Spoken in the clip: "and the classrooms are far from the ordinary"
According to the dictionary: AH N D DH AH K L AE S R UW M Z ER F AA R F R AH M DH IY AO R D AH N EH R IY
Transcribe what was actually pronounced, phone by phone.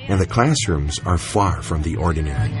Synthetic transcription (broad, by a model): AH N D DH AH K L AE S R UW M Z ER F AA R F R AH M DH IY AO R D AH N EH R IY